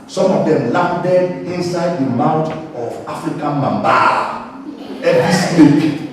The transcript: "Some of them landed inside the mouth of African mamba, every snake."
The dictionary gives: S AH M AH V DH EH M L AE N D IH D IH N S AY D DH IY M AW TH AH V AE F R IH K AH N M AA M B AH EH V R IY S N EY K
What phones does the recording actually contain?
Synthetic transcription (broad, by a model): S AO M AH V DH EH M L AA N D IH D IH N S AY D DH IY M AW T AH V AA F R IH K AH N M AA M B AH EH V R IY S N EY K